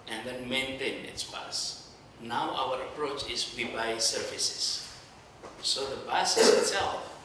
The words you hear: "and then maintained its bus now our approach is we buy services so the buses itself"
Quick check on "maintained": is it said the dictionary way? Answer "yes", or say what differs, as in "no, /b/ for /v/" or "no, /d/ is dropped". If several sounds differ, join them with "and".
no, /d/ is dropped